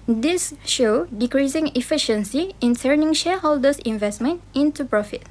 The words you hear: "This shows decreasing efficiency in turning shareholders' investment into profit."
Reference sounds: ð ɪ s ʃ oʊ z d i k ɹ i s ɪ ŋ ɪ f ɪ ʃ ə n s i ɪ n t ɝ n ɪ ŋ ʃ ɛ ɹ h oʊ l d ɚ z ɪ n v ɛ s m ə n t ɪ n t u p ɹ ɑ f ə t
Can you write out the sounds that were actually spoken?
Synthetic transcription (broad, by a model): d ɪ s ʃ oʊ d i k ɹ i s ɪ ŋ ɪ f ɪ ʃ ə n s i ɪ n s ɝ n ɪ ŋ ʃ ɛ h oʊ l d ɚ s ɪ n v ɛ s m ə n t ɪ n t u p ɹ ɑ f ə t